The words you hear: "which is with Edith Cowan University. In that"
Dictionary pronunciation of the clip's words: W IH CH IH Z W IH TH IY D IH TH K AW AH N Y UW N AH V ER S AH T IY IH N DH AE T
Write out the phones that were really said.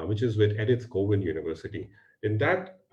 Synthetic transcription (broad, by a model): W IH CH IH Z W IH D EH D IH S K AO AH N Y UW N AH V ER S AH T IY IH N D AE T